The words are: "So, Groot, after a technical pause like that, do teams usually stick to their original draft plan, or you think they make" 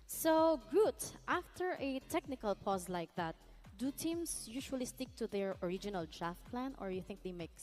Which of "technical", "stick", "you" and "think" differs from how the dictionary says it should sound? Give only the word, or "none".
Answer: none